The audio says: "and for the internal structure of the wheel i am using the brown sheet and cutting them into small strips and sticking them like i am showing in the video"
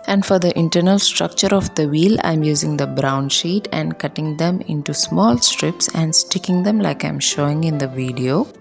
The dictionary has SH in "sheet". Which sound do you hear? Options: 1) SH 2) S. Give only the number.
1